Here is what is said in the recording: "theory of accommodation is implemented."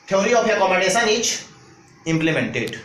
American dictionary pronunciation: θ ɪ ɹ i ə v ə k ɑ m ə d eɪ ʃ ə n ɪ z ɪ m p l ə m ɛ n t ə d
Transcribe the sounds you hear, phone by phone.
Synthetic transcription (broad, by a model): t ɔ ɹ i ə p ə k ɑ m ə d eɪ s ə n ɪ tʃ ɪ m p l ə m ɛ n t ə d